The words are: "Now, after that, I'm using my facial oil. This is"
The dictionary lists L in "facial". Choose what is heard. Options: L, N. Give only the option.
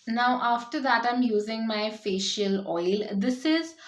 L